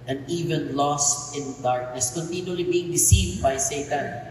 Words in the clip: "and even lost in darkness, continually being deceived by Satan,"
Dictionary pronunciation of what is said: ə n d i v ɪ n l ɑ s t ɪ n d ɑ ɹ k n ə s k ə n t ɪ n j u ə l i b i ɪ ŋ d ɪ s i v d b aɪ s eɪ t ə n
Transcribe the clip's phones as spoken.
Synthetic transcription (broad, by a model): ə n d i v ɪ n l ɑ s t ɪ n d ɑ ɹ k n ə s k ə n t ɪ n j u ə l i b i ɪ ŋ d ɪ s i v d b aɪ s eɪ t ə n